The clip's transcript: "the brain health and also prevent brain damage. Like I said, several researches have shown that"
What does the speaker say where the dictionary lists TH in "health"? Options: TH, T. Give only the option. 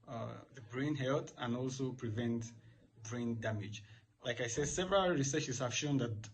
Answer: T